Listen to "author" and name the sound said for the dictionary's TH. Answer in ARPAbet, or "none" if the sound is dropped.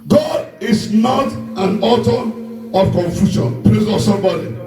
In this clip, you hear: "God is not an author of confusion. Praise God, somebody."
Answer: T